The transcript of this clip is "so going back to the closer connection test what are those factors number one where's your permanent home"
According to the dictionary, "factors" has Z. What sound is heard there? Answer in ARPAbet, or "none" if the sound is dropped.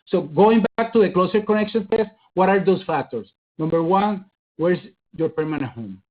S